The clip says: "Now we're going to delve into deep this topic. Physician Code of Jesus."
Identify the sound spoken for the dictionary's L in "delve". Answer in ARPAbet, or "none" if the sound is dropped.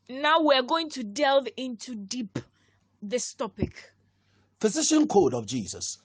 L